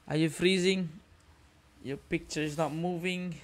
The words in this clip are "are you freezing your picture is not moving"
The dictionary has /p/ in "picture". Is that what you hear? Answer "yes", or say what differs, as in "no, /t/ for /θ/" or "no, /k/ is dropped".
yes